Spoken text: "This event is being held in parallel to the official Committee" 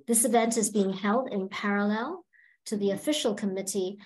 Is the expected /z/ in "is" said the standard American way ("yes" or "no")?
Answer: yes